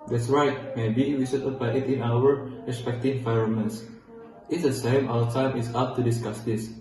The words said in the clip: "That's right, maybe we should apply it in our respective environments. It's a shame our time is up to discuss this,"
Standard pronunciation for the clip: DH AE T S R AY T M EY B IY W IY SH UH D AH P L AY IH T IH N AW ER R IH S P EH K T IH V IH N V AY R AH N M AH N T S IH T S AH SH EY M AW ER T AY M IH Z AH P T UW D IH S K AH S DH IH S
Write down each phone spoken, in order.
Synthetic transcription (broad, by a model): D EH T S R AY T M EY B IY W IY S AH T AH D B AY IH T IH N AW ER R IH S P EH K T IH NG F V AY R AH M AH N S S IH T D AH S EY M AW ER T AY M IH S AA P T UW D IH S K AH S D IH S